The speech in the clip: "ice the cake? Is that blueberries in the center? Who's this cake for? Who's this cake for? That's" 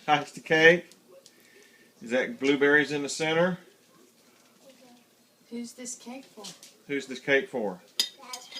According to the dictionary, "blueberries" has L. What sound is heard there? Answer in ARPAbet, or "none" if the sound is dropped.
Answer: L